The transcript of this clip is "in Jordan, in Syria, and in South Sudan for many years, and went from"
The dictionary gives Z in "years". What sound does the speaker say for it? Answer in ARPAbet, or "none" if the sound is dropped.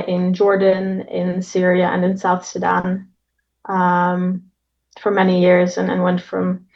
Z